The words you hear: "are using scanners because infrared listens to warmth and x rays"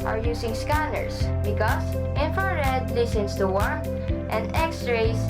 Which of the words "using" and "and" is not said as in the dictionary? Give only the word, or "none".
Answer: using